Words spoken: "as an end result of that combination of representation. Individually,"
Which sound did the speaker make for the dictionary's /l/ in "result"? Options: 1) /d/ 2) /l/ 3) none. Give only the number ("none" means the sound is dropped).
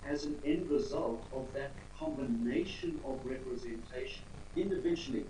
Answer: 2